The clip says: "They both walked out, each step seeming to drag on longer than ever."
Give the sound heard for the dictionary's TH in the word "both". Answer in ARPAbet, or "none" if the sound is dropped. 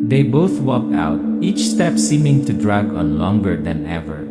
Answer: TH